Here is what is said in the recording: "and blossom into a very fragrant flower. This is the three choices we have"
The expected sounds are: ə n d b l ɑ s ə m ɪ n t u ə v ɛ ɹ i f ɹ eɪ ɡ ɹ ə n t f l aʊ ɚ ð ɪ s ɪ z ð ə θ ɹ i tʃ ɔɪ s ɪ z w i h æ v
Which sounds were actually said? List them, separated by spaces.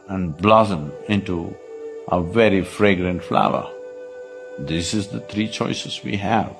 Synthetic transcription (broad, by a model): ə n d b l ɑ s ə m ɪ n t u ə v ɛ ɹ i f ɹ eɪ ɡ ɹ ə n t f l aʊ ɚ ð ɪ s ɪ z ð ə t ɹ i tʃ ɔɪ s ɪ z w i h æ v